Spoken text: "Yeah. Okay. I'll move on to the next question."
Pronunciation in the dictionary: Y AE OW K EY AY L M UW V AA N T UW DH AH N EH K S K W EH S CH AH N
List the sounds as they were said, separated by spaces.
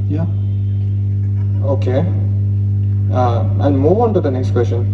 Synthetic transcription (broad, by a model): Y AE OW K EY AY N M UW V AA N T UW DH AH N EH K S K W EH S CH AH N